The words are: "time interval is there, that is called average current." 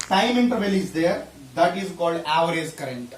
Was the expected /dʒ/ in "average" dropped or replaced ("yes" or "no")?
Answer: yes